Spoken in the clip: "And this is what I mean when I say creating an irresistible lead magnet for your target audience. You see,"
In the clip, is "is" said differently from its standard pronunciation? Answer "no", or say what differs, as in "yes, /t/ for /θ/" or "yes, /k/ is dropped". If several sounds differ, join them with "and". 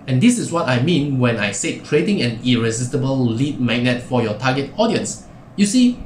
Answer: yes, /s/ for /z/